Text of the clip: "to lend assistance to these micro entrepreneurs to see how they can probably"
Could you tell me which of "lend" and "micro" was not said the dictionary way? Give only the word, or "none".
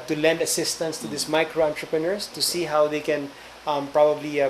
none